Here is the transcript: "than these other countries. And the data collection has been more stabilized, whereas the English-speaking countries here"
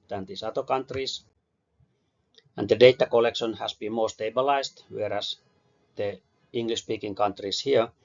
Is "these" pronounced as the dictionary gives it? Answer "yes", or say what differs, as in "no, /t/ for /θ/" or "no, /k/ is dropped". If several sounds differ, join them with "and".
no, /s/ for /z/